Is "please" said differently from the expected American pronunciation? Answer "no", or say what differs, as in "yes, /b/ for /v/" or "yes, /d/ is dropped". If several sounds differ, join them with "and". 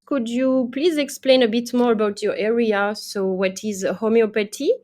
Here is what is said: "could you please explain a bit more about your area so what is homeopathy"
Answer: no